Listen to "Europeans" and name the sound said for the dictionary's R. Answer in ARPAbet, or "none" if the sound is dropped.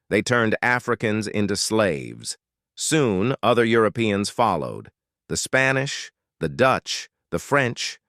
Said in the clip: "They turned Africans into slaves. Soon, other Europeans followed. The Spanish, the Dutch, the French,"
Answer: R